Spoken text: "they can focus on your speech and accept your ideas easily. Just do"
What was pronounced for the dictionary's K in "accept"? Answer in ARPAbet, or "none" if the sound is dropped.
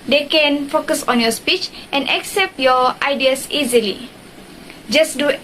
K